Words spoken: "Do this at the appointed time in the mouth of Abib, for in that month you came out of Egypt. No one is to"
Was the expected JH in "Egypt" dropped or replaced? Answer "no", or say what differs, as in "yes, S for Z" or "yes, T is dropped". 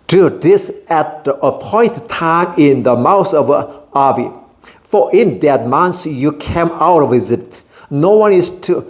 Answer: yes, Z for JH